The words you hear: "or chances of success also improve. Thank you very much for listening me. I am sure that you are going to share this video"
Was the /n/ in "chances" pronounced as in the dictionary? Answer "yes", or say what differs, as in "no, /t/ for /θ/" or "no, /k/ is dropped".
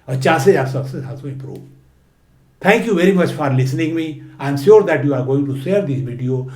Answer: no, /n/ is dropped